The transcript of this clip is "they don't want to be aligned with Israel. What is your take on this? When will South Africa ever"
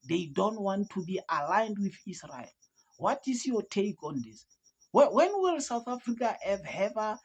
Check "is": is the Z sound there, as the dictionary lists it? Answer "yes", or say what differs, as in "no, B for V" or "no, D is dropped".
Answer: no, S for Z